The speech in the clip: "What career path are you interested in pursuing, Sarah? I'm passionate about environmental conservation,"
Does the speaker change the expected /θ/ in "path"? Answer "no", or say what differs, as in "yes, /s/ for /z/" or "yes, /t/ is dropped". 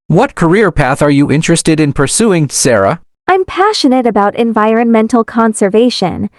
no